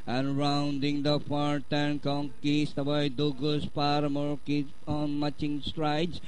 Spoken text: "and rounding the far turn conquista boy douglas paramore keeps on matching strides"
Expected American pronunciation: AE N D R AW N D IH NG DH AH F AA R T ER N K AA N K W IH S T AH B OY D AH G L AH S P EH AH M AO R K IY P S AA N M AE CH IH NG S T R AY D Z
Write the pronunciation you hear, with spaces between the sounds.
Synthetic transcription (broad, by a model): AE N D R AW N D IH NG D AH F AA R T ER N K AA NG K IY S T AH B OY D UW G AH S P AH M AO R K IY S AA N M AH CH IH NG S T R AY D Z